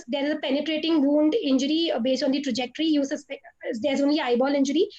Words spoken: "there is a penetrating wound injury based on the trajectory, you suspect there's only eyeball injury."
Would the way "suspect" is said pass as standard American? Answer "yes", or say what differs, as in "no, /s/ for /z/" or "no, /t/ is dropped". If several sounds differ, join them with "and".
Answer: no, /k/ is dropped